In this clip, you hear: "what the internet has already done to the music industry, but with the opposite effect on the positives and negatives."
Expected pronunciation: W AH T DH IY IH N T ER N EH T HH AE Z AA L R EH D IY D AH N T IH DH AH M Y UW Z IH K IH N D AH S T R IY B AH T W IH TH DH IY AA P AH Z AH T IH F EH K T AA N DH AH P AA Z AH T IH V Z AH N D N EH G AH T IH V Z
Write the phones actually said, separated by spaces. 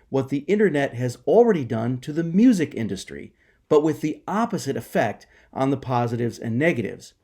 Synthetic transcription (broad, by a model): W AH T DH IY IH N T ER N EH T HH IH Z L R EH D IY D AH N T IH DH AH M Y UW Z IH K IH N D AH S T R IY B AH T W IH DH IY AA P AH Z AH T IH F EH K T N DH AH P AA Z AH T IH V Z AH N N EH G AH T IH V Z